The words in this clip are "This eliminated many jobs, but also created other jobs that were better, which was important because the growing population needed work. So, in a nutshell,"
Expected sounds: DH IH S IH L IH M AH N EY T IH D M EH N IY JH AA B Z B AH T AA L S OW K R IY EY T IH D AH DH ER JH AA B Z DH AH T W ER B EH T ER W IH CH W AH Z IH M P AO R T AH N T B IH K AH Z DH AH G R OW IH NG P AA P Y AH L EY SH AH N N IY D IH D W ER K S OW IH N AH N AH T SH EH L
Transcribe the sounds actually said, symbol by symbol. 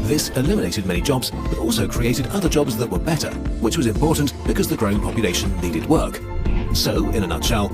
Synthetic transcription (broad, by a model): DH IH S IH L IH M AH N EY T IH D M EH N IY JH AA B Z B AH T AA L S OW K R IY EY T IH D AH DH ER JH AA B Z DH AH T W ER B EH T ER W IH CH W AH Z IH M P AO R T N B IH K AH Z DH AH G R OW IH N P AA P Y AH L EY SH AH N N IY D IH D W ER K S OW IH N AH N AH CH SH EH L